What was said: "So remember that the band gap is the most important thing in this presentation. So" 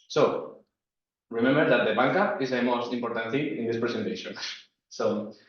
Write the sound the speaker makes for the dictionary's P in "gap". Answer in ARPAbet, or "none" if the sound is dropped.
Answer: none